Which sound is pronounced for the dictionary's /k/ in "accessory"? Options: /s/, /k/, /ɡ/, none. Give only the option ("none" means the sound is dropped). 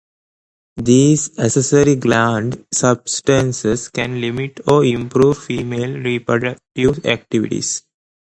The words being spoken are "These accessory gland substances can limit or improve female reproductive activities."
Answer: none